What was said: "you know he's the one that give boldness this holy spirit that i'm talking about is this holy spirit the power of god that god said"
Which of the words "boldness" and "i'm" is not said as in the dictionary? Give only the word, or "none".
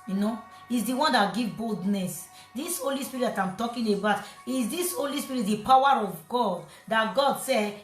none